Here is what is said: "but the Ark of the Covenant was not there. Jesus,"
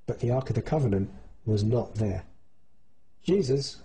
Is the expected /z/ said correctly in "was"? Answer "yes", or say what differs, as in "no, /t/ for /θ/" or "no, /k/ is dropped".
yes